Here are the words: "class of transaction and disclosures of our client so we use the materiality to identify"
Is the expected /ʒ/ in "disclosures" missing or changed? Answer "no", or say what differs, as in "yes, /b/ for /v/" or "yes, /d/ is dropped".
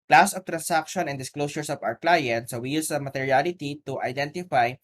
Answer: yes, /s/ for /ʒ/